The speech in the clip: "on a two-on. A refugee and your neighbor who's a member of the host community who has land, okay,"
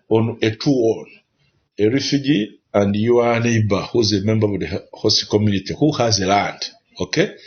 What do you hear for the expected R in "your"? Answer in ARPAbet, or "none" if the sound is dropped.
W